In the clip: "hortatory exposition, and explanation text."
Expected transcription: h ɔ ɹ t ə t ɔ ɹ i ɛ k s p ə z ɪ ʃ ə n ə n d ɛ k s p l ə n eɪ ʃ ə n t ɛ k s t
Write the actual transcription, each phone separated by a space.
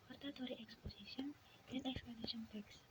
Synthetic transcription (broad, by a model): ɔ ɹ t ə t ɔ ɹ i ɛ k s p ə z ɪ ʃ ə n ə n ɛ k s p ə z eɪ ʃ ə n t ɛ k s